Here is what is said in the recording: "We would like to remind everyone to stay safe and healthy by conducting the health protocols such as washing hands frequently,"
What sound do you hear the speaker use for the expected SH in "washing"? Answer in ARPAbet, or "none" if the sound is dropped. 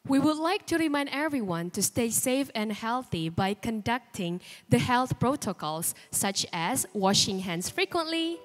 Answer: SH